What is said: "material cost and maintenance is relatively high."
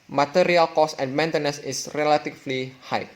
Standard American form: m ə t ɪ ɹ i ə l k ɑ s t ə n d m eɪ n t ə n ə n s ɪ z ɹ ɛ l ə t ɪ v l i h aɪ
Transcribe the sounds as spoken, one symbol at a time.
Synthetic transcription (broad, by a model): m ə t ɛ ɹ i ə l k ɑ s ə n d m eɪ n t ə n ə s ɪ s ɹ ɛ l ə t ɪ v l i h aɪ